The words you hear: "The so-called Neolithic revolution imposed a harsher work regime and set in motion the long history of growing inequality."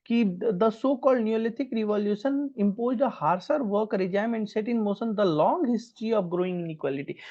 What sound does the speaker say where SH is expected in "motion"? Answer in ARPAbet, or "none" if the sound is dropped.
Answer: S